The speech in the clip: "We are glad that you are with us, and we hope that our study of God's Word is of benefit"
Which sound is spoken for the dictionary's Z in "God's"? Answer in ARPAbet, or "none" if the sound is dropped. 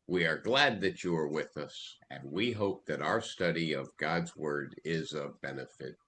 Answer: Z